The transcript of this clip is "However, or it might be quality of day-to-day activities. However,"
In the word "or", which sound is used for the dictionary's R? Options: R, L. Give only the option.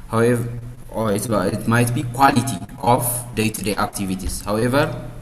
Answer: L